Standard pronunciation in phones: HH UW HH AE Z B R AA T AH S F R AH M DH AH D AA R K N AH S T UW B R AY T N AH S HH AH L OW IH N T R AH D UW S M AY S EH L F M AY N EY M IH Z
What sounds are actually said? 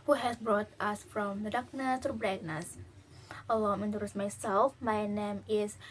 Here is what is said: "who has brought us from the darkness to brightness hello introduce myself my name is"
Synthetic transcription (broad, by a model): HH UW HH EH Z B R AA T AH S F R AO M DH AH D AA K N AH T T UW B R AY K N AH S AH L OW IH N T AH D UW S M AY S EH L F M AY N EY M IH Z